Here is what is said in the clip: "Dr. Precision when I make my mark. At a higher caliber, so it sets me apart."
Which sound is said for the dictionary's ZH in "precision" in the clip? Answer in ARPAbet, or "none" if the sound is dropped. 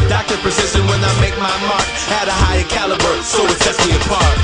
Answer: S